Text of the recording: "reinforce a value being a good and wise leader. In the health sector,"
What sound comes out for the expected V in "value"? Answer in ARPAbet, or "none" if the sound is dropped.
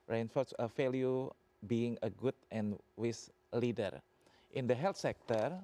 F